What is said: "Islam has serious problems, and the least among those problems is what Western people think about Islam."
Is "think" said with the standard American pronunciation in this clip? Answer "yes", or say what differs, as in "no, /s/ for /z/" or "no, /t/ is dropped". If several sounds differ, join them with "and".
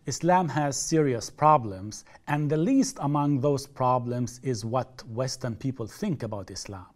yes